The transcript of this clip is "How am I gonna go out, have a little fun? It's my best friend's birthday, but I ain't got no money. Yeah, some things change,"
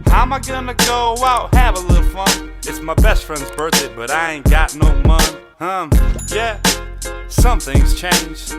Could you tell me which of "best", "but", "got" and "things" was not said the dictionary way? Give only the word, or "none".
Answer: none